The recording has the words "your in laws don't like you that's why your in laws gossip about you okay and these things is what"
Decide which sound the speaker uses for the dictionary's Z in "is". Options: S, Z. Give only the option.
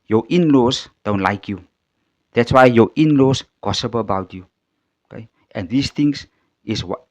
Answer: S